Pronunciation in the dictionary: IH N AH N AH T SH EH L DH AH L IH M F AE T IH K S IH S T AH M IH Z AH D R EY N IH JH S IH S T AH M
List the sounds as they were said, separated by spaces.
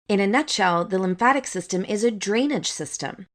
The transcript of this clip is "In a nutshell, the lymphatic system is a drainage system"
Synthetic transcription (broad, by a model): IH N AH N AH T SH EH L DH AH L IH M F AE T IH K S IH S T AH M IH Z AH D R EY N IH JH S IH S T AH M